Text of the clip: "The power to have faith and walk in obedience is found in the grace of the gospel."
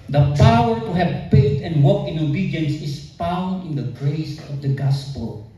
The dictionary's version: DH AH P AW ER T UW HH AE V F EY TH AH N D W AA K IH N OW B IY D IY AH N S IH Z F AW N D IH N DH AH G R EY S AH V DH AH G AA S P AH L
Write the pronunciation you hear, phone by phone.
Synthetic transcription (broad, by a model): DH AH P AW ER T UW HH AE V P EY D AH N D W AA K IH N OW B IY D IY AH N S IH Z F AW N D IH N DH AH G R EY S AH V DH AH G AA S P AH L